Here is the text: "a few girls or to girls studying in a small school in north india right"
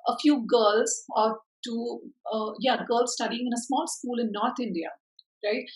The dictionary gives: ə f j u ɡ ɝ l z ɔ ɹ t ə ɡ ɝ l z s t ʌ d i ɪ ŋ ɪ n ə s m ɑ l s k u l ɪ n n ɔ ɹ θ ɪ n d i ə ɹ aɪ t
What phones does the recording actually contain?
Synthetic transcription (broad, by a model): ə f j u ɡ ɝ l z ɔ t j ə ɡ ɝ l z s t ʌ d i ɪ ŋ ɪ n ə s m ɑ l s k u l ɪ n n ɔ ɹ t ɪ n d i ə ɹ aɪ t